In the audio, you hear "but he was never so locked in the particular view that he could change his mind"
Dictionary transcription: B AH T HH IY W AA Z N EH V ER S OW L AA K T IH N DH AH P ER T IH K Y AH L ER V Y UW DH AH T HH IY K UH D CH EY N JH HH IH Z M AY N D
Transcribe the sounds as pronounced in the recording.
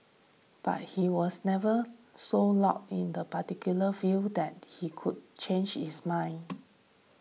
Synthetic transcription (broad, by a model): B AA T HH IY W AA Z N EH V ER S OW L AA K IH N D AH P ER T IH K Y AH L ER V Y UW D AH T HH IY K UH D CH EY N JH HH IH S M AY N